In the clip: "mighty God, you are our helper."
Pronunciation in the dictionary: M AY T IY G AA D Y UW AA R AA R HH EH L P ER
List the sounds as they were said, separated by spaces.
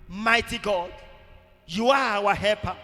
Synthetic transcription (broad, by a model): M AY T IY G AA D Y UW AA W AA HH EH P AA